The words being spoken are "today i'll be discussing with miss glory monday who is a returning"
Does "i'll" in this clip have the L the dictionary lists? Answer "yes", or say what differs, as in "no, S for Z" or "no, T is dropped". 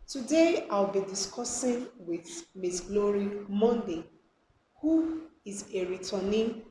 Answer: no, W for L